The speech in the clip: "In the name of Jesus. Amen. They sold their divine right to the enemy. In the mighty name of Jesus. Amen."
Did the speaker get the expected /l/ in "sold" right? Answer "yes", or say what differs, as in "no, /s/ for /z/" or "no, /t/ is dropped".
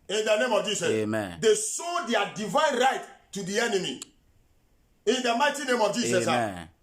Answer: no, /l/ is dropped